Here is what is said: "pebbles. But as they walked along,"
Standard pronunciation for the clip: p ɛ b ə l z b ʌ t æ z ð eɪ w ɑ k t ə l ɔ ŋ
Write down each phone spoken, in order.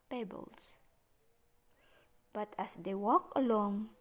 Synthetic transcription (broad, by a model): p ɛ b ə l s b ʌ t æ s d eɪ w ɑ k ə l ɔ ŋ